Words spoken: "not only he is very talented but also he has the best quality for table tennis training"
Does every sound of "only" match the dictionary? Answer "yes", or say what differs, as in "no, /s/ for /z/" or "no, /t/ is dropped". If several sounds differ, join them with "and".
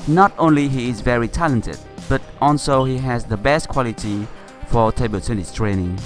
yes